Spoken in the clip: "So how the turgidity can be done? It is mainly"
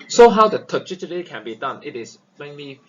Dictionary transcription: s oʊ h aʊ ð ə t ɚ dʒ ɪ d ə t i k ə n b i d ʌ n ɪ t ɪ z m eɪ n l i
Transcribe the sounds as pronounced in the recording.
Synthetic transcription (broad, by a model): s oʊ h aʊ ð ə t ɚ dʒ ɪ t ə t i k ə n b i d ʌ n ɪ t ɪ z m eɪ n l i